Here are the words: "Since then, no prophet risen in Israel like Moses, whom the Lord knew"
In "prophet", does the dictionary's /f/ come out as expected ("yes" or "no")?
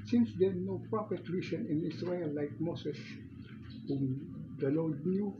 no